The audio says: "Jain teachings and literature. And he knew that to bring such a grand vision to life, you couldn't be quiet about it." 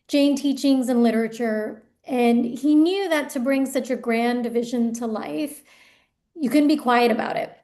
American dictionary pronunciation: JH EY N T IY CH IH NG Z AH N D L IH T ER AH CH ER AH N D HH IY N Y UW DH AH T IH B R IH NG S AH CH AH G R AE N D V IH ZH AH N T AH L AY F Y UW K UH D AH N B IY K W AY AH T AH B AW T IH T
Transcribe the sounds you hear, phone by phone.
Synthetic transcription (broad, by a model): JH EY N T IY CH IH NG Z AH N L IH T ER AH CH ER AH N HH IY N Y UW DH AH T IH B R IH NG S AH CH AH G R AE N D V IH ZH AH N T AH L AY F Y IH K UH D N B IY K W AY AH T AH B AW T IH T